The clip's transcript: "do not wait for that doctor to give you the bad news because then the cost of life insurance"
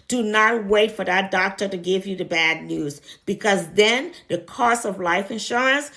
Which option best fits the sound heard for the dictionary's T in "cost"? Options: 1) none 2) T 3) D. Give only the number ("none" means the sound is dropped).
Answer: 1